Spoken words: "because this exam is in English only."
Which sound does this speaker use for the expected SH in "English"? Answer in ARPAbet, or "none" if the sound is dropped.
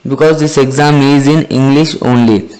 SH